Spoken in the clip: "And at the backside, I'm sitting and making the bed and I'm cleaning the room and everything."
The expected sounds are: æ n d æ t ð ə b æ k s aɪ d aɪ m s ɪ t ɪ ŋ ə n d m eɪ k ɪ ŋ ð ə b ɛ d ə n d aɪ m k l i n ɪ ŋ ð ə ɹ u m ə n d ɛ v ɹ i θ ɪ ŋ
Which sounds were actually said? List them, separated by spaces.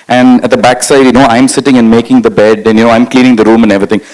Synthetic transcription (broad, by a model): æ n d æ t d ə b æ k s aɪ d aɪ m s ɪ t ɪ ŋ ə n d m eɪ k ɪ ŋ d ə b ɛ d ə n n aɪ m k l i n ɪ ŋ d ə ɹ u m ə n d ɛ v ɹ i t ɪ ŋ